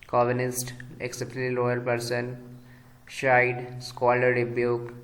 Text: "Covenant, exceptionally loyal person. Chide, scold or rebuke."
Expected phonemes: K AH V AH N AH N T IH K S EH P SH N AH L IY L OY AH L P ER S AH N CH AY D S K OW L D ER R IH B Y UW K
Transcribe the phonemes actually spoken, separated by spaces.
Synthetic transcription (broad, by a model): K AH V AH N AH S T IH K S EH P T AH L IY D OY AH L P ER S AH N SH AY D S K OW L ER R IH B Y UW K